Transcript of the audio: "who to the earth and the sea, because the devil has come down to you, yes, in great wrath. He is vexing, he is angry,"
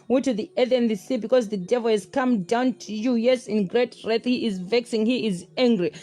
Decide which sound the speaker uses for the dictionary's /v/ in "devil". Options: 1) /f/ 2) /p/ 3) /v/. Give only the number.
3